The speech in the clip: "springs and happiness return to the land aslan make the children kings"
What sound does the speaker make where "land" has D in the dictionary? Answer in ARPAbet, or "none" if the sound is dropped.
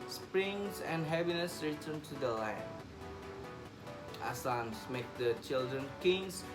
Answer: none